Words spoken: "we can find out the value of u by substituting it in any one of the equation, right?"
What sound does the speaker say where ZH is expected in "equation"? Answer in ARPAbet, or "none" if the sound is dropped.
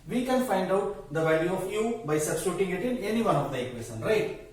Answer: S